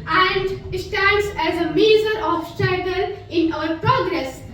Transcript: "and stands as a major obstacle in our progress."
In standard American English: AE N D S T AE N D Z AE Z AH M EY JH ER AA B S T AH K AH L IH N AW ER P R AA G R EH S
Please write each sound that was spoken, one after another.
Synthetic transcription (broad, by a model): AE N D S T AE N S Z AE Z AH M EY Z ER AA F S T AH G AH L IH N AW ER P R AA G R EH S